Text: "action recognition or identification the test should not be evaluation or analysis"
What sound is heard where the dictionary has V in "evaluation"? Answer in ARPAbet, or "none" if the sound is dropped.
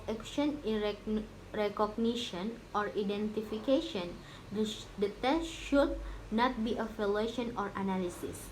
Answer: F